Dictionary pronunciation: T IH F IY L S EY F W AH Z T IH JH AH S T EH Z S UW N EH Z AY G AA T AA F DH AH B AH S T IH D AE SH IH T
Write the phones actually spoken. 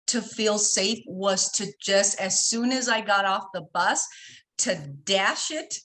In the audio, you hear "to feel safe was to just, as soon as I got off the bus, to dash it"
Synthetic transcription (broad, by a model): T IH F IY L S EY F W AH Z T IH JH AH S T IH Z S UW N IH Z AY G AA T AA F DH AH B AH S T IH D AE SH IH T